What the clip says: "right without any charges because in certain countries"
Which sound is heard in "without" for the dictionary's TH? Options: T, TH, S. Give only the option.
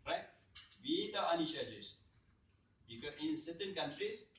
T